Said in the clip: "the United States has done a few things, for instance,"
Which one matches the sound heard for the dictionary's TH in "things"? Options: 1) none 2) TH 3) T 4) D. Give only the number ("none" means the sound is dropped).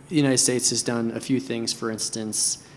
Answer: 2